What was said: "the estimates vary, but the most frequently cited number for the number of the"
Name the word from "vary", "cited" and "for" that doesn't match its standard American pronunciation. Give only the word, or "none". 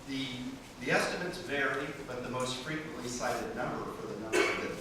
none